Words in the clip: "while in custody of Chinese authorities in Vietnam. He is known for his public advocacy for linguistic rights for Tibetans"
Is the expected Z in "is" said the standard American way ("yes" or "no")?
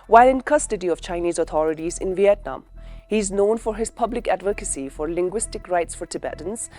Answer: yes